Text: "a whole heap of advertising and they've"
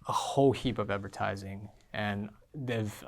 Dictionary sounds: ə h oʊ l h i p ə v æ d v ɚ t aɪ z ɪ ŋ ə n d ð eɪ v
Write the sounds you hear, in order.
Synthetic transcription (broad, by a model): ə h oʊ l h i p ə v æ d v ɚ t aɪ z ɪ ŋ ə n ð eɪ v